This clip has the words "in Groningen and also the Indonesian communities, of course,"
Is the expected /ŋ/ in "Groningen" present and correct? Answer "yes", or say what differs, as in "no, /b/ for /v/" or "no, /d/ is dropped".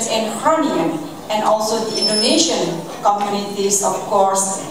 no, /ŋ/ is dropped